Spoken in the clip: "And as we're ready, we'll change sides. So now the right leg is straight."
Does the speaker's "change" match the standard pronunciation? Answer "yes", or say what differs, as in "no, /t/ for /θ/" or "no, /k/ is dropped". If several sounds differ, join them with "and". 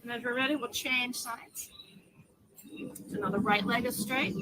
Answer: no, /ʒ/ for /dʒ/